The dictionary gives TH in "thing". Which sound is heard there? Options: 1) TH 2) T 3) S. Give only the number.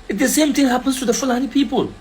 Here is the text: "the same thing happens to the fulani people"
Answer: 2